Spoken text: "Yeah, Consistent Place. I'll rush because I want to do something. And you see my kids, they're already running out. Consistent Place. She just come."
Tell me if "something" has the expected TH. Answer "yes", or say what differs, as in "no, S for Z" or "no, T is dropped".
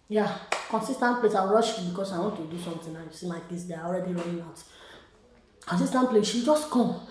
no, T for TH